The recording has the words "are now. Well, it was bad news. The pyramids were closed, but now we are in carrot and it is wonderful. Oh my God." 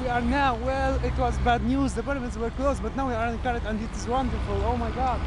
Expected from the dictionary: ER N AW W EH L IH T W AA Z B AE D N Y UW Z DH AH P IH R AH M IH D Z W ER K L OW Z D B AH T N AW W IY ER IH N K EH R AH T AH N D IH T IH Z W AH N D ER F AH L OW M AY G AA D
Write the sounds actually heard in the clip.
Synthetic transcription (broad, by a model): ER N AW W EH L IH T W AA Z B AE D N Y UW Z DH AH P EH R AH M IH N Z W ER K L OW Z B AH T N AW W IY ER IH N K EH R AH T AH N D IH T IH Z W AH N D ER F AH L OW M AY G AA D